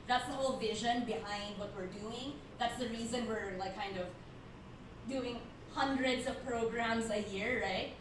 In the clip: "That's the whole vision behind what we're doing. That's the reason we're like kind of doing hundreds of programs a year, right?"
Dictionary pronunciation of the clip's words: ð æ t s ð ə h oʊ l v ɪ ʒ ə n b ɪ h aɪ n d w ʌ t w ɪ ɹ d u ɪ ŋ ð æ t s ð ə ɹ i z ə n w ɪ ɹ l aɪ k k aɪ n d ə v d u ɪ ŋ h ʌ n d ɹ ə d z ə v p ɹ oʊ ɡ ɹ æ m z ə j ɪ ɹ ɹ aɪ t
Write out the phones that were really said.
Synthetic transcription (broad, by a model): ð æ t s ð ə h oʊ l v ɪ ʒ ə n b ɪ h aɪ n d w ʌ t w ɪ ɹ d u ɪ ŋ ð æ t s ð ə ɹ i z ə n w ɪ ɹ l aɪ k k aɪ n d ə v d u ɪ ŋ h ʌ n d ɹ ə d z ə v p ɹ oʊ ɡ ɹ æ m z ə j ɪ ɹ ɹ aɪ t